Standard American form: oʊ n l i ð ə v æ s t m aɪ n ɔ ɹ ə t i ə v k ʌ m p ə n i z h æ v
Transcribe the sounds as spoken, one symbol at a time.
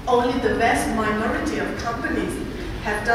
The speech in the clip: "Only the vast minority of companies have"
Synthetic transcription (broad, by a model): oʊ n l i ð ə b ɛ s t m aɪ n ɔ ɹ ə t i ə v k ʌ m p ə n i z h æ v